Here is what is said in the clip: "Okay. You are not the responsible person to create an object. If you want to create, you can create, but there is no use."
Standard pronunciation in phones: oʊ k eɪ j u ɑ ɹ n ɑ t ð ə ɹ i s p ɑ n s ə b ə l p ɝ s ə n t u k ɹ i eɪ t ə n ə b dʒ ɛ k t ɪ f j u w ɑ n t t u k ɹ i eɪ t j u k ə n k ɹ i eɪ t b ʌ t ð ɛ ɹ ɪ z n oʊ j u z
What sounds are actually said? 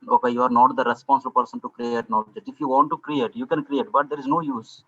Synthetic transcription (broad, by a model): oʊ k eɪ j u ɑ ɹ n ɑ t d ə ɹ i s p ɑ n s ə b ə l p ɝ s ə n t u k ɹ i eɪ t n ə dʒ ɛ t ɪ f j u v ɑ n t t u k ɹ i eɪ t j u k ə n k ɹ i eɪ t b ʌ t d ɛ ɹ ɪ z n oʊ j u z